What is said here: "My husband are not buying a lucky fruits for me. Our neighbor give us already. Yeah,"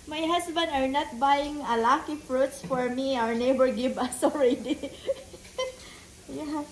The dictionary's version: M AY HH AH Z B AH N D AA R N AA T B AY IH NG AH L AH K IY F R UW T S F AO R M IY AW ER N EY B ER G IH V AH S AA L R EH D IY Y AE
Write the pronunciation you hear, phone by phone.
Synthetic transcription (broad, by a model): M AY HH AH S B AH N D AA R N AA T B AY IH NG AH L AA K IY F R UW T S F AO R M IY AW ER N EY B ER G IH B AH S AA L R EH D IY Y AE